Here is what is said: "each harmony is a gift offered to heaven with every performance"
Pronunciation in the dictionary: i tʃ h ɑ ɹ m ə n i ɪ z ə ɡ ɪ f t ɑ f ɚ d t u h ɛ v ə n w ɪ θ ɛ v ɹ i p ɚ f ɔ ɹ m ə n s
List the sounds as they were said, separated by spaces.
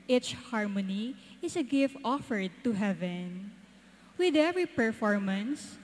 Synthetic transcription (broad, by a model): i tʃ h ɑ ɹ m ə n i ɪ s ə ɡ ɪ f t ɑ f ɚ d t u h ɛ v ə n w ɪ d ɛ v ɹ i p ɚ f ɔ ɹ m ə n s